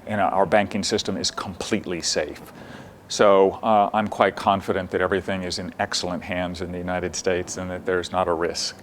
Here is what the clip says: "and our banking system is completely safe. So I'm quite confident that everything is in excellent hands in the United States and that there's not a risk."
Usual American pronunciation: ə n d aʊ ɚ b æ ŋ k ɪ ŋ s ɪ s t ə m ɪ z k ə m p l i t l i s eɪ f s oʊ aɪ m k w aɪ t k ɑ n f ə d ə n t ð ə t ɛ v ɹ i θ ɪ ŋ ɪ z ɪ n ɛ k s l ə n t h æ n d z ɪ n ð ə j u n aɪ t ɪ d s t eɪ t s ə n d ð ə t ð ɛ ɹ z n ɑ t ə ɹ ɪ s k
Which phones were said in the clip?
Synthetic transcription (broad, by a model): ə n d aʊ ɚ b æ ŋ k ɪ ŋ s ɪ s t ə m ɪ z k ə m p l i t l i s eɪ f s oʊ aɪ m k w aɪ t k ɑ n f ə d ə n ð ə t ɛ v ɹ i θ ɪ ŋ ɪ z ɪ n ɛ k s l ə n t h æ n d z ɪ n ð ə j u n aɪ t ɪ d s t eɪ t s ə n ð ə t ð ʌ ɹ z n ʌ t ə ɹ ɪ s k